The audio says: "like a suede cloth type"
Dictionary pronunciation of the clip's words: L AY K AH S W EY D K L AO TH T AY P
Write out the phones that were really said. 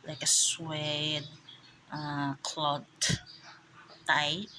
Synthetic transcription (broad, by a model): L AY K AH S W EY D K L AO T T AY